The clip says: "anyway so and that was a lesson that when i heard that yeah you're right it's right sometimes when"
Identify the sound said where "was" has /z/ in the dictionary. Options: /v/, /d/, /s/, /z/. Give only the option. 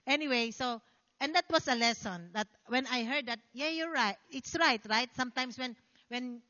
/s/